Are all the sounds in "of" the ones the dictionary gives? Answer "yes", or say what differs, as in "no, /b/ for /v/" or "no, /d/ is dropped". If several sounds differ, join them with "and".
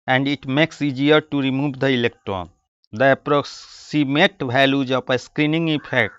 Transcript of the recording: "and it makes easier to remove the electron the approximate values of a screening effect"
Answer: no, /p/ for /v/